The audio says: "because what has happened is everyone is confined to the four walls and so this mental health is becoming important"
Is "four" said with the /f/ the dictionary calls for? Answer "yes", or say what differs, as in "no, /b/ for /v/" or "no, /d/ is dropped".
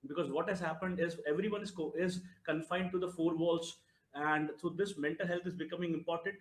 yes